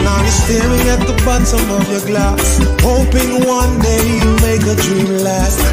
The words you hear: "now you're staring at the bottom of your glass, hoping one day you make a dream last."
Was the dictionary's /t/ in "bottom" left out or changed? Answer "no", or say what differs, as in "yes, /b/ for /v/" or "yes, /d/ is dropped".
yes, /s/ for /t/